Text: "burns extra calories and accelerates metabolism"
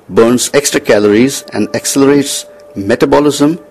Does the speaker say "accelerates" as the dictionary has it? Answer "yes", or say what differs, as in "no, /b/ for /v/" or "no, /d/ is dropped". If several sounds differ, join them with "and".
yes